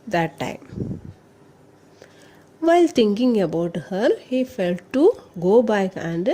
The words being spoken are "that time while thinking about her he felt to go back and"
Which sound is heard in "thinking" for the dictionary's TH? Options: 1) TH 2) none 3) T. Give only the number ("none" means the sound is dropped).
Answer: 3